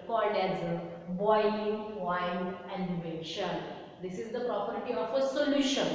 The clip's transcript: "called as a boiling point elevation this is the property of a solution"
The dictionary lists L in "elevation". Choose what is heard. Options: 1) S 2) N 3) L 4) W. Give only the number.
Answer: 2